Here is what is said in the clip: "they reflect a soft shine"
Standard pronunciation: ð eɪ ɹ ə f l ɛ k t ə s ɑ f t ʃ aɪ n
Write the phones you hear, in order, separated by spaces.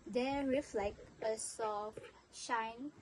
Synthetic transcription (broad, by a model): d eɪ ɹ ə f l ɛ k ə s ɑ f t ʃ aɪ n